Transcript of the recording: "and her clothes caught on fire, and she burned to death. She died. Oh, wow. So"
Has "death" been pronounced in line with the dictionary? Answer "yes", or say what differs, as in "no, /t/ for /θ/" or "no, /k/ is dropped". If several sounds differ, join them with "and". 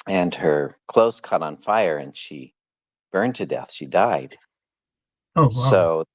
yes